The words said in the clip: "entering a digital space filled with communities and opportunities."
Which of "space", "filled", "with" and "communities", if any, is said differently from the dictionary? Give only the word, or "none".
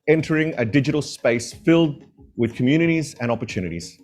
none